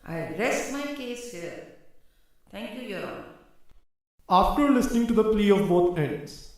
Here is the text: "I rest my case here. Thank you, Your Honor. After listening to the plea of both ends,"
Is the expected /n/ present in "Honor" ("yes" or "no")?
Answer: no